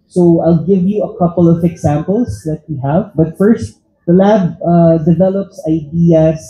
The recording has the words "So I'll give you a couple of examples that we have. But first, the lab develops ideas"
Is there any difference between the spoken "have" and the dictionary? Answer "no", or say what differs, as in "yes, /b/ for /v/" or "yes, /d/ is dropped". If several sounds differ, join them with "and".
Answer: no